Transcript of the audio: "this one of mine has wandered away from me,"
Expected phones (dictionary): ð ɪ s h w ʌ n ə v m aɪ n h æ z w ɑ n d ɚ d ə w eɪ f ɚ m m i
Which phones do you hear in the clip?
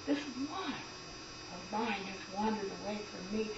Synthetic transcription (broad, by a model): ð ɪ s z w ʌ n ə v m aɪ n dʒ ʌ s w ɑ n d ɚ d ə w eɪ f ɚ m m i